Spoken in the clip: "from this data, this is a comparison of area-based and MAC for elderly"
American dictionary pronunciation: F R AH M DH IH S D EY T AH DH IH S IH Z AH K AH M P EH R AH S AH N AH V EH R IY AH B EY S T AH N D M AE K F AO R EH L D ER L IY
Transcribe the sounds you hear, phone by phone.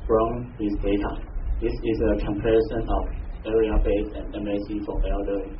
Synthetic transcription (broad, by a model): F R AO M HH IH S D EY T AH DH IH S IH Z AH K AH M P EH R AH S AH N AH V EH R IY AH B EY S AH N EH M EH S F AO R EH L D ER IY